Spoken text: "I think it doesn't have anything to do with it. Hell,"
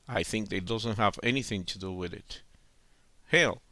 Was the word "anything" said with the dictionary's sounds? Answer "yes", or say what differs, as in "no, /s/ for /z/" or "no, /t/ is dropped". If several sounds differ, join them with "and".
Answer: yes